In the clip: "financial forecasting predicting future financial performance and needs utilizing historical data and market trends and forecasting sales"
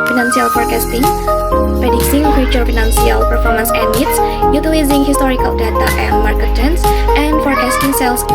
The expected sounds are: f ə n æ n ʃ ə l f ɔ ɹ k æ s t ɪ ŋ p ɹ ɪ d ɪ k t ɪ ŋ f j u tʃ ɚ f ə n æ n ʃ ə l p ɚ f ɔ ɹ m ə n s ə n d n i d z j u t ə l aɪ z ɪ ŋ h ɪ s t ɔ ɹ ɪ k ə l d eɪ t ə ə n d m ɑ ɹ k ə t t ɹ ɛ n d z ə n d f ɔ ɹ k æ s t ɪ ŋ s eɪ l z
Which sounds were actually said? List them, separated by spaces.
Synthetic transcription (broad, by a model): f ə n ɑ n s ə l f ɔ ɹ k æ s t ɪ ŋ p ɪ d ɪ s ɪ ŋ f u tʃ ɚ f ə n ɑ n s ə l p ɚ f ɔ ɹ m ə n s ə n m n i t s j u t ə l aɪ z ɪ ŋ h ɪ s t ɔ ɹ ɪ k ə l d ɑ t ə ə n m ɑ ɹ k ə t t ɛ n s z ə n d f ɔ ɹ k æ s t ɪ ŋ s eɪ l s